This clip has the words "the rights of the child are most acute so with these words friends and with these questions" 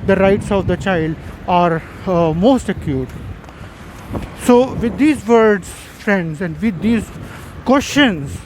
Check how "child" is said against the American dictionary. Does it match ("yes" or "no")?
yes